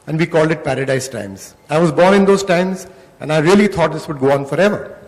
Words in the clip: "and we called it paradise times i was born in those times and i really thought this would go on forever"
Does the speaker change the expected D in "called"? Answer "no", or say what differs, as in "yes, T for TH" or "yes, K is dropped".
no